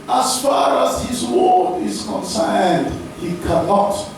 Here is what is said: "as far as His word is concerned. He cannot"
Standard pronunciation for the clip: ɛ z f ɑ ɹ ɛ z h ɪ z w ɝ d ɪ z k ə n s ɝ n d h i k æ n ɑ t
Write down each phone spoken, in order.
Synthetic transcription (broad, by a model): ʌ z f ɑ ɹ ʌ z h ɪ z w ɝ ɪ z k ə n s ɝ n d h i k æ n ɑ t